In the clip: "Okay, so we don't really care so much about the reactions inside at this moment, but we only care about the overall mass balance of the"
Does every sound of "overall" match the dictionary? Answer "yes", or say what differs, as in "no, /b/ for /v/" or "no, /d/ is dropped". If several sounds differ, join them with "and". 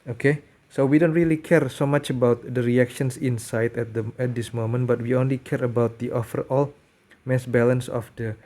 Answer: no, /f/ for /v/